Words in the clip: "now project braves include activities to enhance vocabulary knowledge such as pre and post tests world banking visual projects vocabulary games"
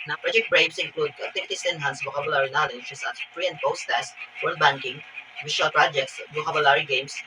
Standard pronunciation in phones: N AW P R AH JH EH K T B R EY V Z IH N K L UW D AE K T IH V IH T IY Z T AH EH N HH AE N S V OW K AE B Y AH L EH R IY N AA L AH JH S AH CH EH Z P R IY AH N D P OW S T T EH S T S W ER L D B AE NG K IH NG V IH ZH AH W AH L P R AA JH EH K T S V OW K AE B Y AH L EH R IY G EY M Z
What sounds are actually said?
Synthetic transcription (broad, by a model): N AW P R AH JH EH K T B R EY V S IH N K L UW D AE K T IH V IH T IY S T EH N HH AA N S B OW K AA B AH L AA R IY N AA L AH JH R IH S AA S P R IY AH N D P OW S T T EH S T W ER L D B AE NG K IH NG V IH SH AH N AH L P R AA JH EH K T S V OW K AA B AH L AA R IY G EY M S